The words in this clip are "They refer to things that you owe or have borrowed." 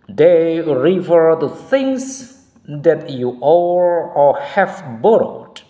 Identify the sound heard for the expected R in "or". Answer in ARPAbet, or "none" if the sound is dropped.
L